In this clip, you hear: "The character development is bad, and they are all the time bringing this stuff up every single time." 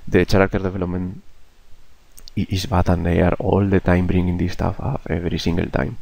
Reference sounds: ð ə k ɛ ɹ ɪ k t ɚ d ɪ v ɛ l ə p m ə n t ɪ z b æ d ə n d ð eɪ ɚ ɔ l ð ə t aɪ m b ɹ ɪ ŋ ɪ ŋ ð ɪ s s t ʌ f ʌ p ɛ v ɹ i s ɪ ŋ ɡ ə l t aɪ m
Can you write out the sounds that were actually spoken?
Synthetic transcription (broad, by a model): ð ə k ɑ ɹ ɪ k t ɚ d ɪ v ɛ l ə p m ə n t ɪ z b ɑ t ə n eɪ ɚ ɔ l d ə t aɪ m b ɹ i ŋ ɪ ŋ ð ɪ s s t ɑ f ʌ f ɛ v ɹ i s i ŋ ɡ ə l t aɪ m